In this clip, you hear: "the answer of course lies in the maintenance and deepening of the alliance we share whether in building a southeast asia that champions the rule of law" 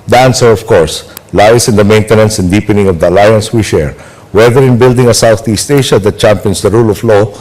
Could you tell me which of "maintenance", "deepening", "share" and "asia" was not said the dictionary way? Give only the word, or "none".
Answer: asia